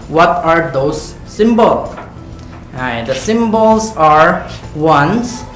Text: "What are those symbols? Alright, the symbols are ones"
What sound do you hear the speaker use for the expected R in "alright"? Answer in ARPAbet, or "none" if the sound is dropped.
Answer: none